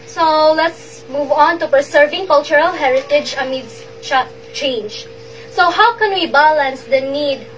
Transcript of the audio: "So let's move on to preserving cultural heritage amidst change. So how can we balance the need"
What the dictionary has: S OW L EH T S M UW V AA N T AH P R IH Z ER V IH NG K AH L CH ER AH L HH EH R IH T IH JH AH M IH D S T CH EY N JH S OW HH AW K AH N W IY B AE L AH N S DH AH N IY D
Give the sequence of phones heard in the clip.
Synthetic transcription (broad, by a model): S OW L EH T S M UW V AA N T AH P IH S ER V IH NG K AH L CH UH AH L HH EH R IH T IH JH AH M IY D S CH CH EY N JH S OW HH AW K AH N W IY B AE L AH N S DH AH N IY D